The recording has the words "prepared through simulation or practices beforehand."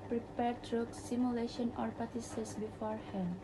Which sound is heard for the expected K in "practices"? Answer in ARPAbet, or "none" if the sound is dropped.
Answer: none